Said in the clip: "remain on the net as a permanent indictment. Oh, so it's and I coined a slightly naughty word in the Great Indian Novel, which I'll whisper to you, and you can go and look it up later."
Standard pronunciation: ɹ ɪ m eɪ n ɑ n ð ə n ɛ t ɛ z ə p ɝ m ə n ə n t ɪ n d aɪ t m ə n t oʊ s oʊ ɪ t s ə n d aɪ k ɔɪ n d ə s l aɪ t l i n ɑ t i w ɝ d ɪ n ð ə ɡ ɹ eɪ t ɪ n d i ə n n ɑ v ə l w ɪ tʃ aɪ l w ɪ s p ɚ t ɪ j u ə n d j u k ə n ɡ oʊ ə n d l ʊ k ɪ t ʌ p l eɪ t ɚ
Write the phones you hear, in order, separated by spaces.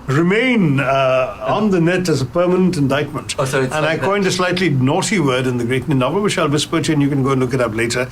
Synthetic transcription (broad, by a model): ɹ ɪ m eɪ n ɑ n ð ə n ɛ t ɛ z ə p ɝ m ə n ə n t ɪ n d aɪ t m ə n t t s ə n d aɪ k ɔɪ n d ə s l aɪ t l i n ɑ t i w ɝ d ɪ n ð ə ɡ ɹ eɪ t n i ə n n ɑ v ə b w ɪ ʃ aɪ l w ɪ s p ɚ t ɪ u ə n j u k ə n ɡ oʊ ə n l ʊ k ɪ t ʌ p l eɪ t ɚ